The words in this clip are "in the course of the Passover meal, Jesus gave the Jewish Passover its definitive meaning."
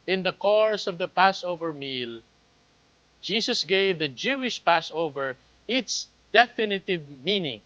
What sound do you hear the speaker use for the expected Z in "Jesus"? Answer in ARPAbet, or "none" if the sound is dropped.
S